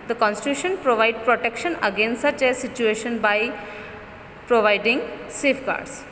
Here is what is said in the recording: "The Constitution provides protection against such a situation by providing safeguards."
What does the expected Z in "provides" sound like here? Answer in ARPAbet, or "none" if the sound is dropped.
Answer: none